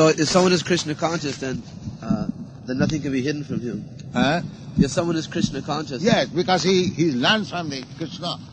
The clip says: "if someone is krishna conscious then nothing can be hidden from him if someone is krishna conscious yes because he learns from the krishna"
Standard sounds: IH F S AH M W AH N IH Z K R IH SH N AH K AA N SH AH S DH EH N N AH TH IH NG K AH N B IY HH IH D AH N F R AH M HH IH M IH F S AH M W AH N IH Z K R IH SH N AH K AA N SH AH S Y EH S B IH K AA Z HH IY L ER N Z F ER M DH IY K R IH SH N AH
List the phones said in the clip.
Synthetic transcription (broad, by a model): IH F S AH M W AH N IH Z K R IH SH N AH K AA N SH AH S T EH N N AH TH IH NG K AH N B IY HH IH D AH N F R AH M HH IH M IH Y S AH M W AH N IH Z K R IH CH N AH K AA N SH AH S Y EH S B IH K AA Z HH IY L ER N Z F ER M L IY K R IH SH N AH